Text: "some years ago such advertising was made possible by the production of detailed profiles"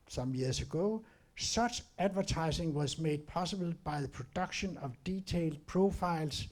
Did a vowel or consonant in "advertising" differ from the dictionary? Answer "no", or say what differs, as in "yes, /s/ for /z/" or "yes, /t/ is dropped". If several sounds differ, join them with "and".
yes, /s/ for /z/